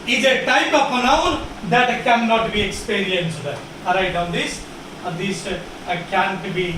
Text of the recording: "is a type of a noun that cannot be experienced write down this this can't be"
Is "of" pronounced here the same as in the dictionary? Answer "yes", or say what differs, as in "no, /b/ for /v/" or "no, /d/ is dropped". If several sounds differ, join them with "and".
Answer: no, /p/ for /v/